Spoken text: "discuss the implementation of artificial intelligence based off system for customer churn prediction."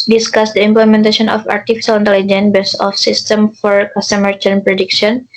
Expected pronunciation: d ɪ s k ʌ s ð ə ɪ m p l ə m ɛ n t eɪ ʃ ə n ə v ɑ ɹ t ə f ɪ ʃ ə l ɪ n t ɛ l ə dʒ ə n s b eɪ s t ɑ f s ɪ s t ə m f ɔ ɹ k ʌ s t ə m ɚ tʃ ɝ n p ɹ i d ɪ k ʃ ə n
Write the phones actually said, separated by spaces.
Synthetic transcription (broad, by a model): d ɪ s k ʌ s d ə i m p l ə m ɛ n t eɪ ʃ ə n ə f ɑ ɹ t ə f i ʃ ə l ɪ n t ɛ l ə dʒ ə n b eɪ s ɑ f s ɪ s t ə m f ɔ ɹ k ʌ s t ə m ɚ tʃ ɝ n p ɹ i d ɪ k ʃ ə n